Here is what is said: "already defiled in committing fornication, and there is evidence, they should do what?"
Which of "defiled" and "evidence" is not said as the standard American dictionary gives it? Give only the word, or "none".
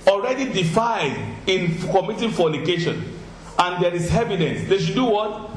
defiled